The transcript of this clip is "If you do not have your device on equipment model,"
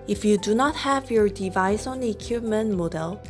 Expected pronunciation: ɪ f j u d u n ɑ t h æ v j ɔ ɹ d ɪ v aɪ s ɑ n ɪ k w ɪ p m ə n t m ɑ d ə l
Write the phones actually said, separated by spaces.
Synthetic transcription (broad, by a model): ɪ f j u d u n ɑ t h æ v j ɔ ɹ d ɪ v aɪ s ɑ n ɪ k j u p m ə n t m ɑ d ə l